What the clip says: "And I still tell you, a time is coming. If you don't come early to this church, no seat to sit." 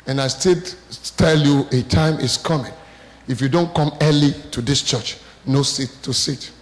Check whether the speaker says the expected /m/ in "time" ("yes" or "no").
yes